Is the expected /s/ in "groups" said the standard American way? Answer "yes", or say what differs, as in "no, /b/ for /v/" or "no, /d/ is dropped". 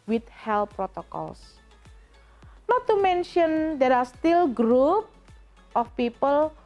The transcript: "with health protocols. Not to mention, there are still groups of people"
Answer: no, /s/ is dropped